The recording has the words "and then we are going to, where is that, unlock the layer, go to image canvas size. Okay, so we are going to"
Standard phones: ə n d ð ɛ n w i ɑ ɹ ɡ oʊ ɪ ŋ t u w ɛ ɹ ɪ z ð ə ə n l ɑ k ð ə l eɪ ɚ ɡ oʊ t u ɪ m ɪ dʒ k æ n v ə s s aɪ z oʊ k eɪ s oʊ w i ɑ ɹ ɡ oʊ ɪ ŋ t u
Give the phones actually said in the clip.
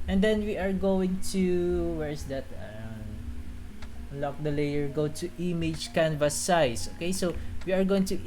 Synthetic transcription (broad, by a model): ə n d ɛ n w i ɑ ɹ ɡ oʊ ɪ ŋ t u w ɛ ɹ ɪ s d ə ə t l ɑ k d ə l eɪ ɚ ɡ oʊ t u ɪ m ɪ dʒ k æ n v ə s s aɪ s oʊ k eɪ s oʊ w i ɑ ɹ ɡ oʊ ɪ ŋ t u